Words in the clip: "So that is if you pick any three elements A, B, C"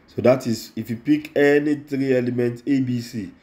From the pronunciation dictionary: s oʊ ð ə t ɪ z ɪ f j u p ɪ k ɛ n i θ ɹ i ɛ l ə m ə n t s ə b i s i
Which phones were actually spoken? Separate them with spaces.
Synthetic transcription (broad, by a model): s oʊ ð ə t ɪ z ɪ f j u p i k ɛ n i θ ɹ i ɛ l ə m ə n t ə b i s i